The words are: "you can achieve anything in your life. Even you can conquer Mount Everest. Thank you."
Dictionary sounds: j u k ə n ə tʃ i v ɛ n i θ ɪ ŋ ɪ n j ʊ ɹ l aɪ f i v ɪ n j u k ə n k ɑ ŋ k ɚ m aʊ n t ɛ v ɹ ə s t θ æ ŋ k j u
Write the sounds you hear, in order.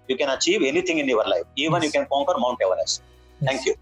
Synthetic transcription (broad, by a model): j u k ə n ə tʃ i v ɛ n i t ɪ ŋ ɪ n j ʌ ɹ l aɪ f i v ɪ n j u k ə n k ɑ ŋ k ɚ m aʊ n t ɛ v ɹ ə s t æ ŋ k j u